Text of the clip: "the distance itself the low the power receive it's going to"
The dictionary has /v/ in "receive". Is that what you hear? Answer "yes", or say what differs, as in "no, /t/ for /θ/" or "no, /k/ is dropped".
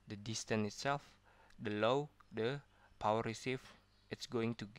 no, /f/ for /v/